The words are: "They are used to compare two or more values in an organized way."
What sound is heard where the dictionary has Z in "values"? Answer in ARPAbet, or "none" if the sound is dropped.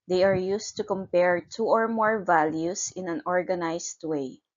S